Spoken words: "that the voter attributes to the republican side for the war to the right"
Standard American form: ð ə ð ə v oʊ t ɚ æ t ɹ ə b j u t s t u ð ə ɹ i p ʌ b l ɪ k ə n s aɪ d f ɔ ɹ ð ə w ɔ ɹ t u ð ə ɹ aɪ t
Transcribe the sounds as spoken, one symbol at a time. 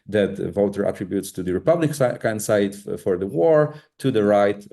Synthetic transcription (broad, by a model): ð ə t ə v oʊ t ɚ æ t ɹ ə b j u t s t u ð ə ɹ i p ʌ b l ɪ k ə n s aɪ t f ɔ ɹ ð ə w ɔ ɹ t u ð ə ɹ aɪ t